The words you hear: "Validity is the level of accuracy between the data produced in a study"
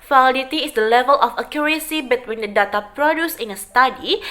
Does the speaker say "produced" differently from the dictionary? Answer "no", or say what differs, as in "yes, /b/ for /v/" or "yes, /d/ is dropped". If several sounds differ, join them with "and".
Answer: yes, /t/ is dropped